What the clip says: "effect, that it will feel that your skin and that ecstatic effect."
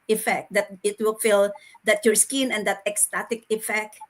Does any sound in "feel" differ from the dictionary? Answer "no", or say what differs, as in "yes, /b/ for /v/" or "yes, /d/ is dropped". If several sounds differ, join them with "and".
no